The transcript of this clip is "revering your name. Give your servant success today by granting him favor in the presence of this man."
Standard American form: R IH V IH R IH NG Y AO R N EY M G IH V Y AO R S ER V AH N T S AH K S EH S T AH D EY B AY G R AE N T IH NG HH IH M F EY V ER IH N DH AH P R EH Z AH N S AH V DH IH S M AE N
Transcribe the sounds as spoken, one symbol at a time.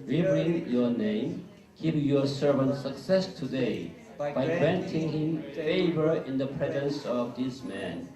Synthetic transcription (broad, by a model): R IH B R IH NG Y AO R N EY M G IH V Y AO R S ER V AH N T S AH K S EH S T AH D EY B AY G R AE N T IH NG HH IH M F EY V ER IH N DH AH P R EH Z AH N S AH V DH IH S M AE N